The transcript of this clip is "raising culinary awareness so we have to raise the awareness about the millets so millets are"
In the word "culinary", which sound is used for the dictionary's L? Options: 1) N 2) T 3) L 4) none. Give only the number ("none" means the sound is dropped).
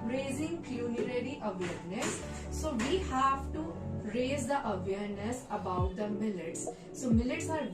1